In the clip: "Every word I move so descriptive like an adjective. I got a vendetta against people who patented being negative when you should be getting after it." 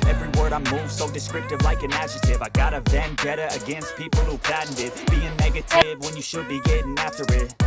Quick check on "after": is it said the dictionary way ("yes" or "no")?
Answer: yes